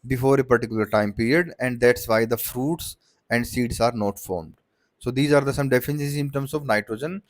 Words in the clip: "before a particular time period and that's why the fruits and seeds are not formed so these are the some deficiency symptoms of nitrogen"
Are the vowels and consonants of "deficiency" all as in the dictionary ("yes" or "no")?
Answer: no